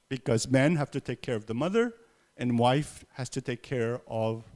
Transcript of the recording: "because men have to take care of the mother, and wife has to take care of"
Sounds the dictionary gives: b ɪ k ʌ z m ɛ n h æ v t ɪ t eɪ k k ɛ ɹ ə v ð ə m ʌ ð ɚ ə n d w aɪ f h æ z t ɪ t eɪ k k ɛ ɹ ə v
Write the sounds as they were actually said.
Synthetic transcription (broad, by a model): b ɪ k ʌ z m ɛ n h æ f t ɪ t eɪ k k ɛ ɹ ə v ð ə m ʌ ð ɚ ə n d w aɪ f h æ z t ɪ t eɪ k k ɛ ɹ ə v